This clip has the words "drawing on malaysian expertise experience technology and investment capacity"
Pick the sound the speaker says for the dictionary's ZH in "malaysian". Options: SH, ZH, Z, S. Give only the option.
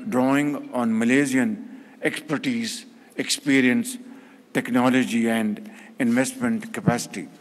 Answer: Z